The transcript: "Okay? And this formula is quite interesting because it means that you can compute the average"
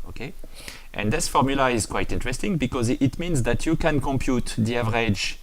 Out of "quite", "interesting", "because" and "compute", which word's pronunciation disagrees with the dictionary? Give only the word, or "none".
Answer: none